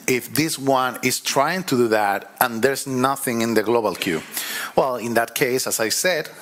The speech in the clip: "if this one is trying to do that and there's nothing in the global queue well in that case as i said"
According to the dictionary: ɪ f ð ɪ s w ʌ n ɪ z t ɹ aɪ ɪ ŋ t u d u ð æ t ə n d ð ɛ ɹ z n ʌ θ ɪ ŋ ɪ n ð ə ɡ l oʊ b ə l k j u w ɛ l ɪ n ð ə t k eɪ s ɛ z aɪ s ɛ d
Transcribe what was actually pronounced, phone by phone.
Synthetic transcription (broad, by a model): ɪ f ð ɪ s w ʌ n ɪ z t ɹ aɪ ɪ ŋ t u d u ð æ t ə n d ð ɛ ɹ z n ʌ θ ɪ ŋ ɪ n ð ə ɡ l oʊ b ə l k j u w ɛ l ɪ n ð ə t k eɪ s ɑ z aɪ s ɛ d